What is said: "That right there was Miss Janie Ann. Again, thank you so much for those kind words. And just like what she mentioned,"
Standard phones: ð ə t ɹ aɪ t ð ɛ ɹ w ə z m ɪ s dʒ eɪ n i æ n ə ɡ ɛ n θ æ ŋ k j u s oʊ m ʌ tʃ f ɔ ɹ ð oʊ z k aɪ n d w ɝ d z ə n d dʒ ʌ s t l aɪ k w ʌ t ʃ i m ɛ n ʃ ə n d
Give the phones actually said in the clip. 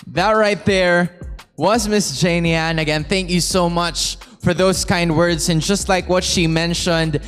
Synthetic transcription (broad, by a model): ð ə t ɹ aɪ t ð ɛ ɹ w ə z m ɪ s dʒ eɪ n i æ n ə ɡ ɛ n θ æ ŋ k j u s oʊ m ʌ tʃ f ɔ ɹ ð oʊ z k aɪ n d w ɝ d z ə n dʒ ʌ s t l aɪ k w ʌ t ʃ i m ɛ n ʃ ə n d